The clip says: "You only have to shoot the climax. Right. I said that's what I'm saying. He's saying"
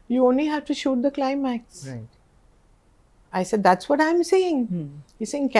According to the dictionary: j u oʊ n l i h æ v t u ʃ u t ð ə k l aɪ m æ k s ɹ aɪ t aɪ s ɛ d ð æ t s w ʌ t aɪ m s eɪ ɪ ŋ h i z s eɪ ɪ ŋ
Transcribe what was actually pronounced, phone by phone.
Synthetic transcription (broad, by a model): j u oʊ n l i h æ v t u ʃ u t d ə k l aɪ m æ k s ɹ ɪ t aɪ s ɛ d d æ t s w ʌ t aɪ m s eɪ ɪ ŋ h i s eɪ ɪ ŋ